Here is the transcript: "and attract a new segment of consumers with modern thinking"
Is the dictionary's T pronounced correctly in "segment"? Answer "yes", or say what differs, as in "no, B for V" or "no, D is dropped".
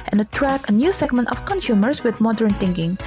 yes